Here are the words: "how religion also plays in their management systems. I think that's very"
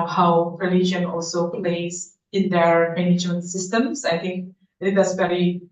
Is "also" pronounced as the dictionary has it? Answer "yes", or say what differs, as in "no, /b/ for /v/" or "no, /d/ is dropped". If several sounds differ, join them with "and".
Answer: yes